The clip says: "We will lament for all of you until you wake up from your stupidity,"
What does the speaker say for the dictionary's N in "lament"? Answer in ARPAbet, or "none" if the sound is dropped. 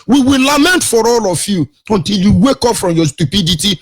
N